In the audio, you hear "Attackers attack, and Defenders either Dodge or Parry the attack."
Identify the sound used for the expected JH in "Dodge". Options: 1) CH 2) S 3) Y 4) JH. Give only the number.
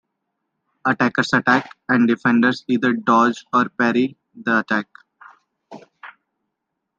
4